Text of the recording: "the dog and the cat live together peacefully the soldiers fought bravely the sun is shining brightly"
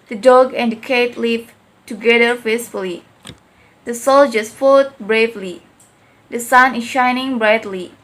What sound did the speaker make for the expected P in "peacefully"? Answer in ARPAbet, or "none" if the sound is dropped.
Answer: F